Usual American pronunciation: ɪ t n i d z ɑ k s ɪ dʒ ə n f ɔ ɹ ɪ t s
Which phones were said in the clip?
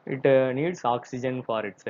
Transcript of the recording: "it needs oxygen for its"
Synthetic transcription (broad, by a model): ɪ t n i d s ɑ k s ɪ dʒ ə n f ɔ ɹ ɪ t s